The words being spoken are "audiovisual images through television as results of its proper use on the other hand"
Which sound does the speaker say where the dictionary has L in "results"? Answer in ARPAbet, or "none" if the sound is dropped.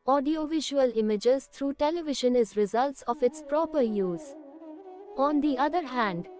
L